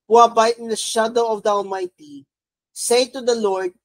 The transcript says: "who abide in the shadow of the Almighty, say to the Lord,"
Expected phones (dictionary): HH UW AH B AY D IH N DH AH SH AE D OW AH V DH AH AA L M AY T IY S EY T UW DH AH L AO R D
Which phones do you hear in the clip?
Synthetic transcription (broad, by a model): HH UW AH B AY IH N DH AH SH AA D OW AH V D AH AA L M AY T IY S EY T UW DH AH L AO R D